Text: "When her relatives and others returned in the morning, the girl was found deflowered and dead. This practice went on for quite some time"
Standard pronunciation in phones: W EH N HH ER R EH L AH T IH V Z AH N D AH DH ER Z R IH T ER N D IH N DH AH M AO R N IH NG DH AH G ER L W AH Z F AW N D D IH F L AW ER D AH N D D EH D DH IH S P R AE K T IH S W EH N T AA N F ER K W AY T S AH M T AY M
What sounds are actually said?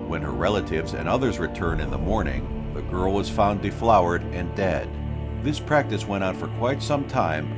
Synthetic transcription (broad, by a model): W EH N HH ER R EH L AH T IH V Z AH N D AH DH ER Z R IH T ER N IH N DH AH M AO R N IH NG DH AH G ER L W AH Z F AW N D D IH F L AW ER D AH N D D EH D DH IH S P R AE K T IH S W EH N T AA N F ER K W AY T S AH M T AY M